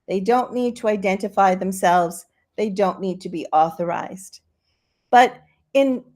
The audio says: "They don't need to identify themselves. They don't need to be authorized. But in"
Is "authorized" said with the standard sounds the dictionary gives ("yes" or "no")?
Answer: yes